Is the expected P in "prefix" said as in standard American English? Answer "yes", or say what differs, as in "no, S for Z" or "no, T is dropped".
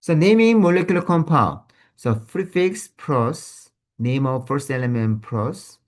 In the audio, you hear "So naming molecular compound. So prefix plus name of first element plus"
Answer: no, F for P